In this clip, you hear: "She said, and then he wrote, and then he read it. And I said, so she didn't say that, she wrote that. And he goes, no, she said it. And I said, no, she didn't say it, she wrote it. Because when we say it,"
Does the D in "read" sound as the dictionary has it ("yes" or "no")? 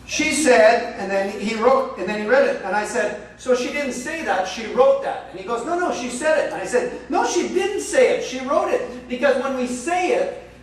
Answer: yes